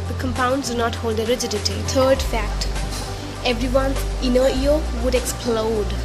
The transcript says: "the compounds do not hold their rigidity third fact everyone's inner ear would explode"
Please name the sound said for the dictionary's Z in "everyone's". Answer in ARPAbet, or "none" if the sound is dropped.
none